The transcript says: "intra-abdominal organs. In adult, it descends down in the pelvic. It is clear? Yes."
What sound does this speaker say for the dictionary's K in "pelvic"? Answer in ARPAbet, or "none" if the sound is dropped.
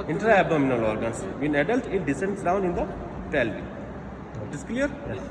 none